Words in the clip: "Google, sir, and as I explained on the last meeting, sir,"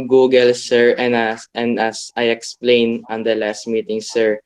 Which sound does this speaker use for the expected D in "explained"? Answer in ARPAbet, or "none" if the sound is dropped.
none